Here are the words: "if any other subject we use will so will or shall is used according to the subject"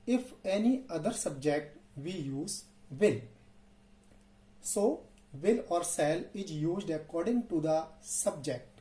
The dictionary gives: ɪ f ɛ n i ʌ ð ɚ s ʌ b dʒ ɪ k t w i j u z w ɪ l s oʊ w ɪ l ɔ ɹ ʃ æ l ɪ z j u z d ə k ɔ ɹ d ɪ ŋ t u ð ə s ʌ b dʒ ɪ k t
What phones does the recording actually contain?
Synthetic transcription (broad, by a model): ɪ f ɛ n i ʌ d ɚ s ʌ b dʒ ɪ k t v i j u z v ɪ l s oʊ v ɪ l ɔ ɹ s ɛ l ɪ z j u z d ə k ɔ ɹ d ɪ ŋ t u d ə s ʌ b dʒ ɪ k t